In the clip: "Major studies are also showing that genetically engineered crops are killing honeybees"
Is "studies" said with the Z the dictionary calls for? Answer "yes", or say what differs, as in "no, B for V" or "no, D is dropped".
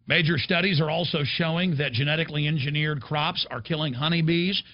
yes